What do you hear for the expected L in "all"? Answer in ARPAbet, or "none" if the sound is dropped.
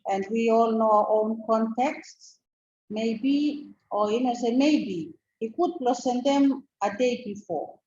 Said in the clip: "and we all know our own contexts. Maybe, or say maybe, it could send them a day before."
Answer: L